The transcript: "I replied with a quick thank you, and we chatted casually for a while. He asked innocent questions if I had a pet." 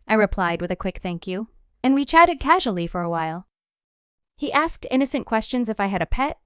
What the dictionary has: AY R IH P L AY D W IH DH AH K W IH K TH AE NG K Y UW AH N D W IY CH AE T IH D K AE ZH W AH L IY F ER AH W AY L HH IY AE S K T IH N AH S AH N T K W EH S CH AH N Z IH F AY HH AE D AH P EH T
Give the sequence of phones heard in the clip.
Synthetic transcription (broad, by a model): AY R IH P L AY D W IH DH AH K W IH K TH AE NG K Y UW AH N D W IY CH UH T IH D K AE ZH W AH L IY F ER AH W AY L HH IY AE S K T IH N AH S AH N K W EH S CH AH N Z IH F AY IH D AH P EH T